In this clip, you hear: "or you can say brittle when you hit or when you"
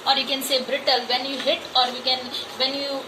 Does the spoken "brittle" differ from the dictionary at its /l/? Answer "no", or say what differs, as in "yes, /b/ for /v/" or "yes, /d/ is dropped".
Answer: no